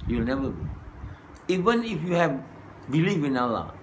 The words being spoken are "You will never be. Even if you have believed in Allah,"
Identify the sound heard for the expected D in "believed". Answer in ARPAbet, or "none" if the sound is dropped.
none